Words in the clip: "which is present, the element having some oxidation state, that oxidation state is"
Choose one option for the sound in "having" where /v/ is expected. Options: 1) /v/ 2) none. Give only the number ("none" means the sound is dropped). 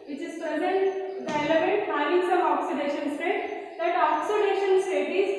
2